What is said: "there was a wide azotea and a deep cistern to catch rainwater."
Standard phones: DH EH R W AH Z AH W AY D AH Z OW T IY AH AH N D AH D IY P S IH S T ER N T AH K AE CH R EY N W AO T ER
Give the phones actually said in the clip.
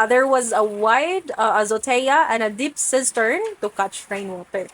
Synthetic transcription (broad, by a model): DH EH R W AH Z AH W AY D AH Z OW T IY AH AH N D AH D IY P S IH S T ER N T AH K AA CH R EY N W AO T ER